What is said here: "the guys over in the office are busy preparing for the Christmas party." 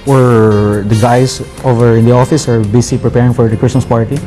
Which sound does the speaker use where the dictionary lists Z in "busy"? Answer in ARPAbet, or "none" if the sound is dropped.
S